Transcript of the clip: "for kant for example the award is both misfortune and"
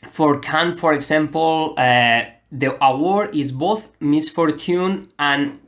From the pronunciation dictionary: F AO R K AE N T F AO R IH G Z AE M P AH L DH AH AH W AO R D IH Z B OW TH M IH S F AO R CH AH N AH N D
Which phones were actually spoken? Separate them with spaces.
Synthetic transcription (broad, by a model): F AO R K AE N F AO R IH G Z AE M P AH L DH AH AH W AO R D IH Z B OW TH M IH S F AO R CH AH N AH N